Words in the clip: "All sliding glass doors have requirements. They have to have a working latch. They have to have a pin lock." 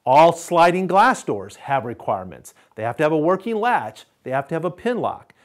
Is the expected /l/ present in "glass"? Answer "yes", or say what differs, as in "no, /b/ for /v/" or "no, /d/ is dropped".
yes